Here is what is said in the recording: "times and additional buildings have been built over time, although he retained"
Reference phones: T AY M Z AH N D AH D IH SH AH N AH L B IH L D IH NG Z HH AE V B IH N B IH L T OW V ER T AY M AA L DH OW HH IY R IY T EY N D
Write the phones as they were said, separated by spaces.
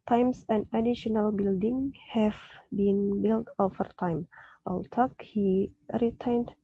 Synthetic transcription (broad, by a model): T AY M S AH N D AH D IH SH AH N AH L B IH L D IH NG HH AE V B IH N B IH L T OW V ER T AY M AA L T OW HH IY R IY T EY N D